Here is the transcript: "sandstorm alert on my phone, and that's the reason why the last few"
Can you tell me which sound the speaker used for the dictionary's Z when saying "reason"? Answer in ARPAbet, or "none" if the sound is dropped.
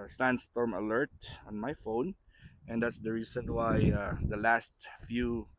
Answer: S